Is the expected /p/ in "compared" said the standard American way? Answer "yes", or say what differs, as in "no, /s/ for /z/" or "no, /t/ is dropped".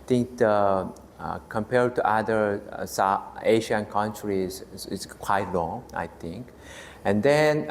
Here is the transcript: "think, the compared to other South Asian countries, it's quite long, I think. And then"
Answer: yes